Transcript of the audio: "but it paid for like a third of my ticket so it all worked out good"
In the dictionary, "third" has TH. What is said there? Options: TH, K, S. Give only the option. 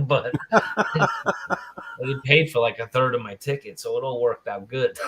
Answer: TH